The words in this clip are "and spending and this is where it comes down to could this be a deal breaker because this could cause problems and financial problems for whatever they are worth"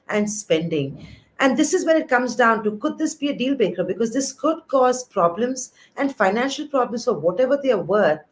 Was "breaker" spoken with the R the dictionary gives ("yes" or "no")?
no